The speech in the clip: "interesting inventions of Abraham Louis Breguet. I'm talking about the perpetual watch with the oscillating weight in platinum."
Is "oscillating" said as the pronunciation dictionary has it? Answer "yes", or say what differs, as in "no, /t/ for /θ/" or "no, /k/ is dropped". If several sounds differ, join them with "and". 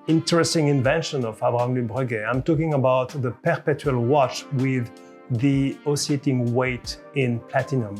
no, /l/ is dropped